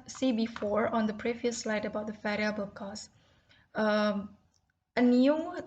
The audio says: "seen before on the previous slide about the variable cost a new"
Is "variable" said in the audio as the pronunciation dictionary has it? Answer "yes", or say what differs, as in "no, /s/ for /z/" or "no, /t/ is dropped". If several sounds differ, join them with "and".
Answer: no, /f/ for /v/